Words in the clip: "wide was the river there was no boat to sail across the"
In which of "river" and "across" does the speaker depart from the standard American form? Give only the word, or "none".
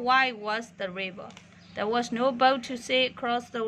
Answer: river